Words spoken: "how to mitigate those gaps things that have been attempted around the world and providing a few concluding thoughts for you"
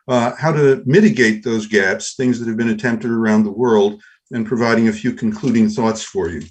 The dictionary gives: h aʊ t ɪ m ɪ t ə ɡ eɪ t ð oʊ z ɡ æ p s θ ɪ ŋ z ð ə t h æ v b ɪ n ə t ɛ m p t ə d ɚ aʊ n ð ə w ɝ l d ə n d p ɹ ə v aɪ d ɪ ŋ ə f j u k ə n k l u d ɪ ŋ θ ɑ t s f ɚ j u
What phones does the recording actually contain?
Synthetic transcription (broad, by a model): h aʊ t ɪ m ɪ t ə ɡ eɪ t ð oʊ z ɡ æ p s θ ɪ ŋ z ð ə t h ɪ v b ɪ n ə t ɛ m p t ə d ɚ aʊ n ð ə w ɝ l d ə n p ɹ ə v aɪ d ɪ ŋ ə f j u k n k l u d ɪ ŋ θ ɑ t s f ɚ j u